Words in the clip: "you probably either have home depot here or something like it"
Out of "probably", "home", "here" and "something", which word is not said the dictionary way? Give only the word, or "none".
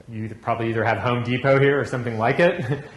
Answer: none